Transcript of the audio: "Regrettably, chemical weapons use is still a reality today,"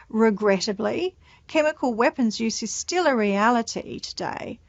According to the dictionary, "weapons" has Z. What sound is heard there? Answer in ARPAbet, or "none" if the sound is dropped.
Z